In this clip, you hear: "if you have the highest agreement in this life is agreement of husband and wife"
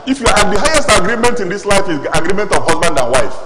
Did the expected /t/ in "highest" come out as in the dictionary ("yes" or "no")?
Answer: yes